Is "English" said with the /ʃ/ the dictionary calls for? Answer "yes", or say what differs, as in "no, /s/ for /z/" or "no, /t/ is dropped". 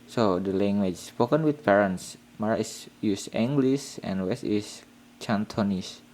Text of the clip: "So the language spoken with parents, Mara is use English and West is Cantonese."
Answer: no, /s/ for /ʃ/